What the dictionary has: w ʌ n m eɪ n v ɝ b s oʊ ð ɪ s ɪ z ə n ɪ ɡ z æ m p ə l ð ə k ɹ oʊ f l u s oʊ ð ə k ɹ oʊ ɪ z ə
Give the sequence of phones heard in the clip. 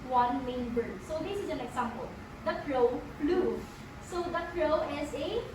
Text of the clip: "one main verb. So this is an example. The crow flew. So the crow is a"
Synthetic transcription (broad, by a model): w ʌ n m eɪ n b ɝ s oʊ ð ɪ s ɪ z ə n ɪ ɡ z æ m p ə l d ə k ɹ oʊ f l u s oʊ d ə k ɹ oʊ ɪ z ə